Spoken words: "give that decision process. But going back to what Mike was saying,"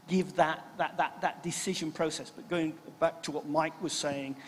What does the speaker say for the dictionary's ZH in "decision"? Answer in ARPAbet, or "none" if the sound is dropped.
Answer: ZH